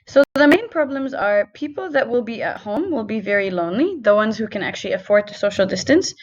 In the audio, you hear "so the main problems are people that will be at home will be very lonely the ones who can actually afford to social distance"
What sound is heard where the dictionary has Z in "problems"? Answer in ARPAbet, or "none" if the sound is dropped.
Z